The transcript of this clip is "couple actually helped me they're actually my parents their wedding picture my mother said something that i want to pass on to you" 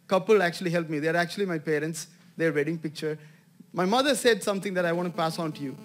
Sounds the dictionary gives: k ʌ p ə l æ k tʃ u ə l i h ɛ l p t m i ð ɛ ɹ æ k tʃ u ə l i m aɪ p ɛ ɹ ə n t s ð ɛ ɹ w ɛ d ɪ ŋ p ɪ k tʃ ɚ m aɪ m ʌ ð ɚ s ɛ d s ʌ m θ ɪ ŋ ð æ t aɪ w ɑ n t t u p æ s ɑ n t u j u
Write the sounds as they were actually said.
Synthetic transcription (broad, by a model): k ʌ p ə l æ k tʃ u ə l i h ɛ l p m i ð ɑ ɹ æ k tʃ u ə l i m aɪ p ɛ ɹ ə n t s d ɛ ɹ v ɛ d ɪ ŋ p ɪ k tʃ ɚ m aɪ m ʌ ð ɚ s ɛ d s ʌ m t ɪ ŋ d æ t aɪ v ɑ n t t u p æ s ɑ n t u j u